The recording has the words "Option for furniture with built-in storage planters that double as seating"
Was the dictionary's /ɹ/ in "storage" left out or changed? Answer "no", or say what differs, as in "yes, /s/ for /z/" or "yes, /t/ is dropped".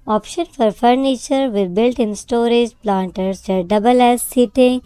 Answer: no